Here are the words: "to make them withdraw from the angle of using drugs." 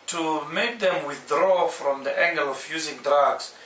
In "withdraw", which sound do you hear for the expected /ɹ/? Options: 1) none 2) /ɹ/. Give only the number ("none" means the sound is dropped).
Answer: 2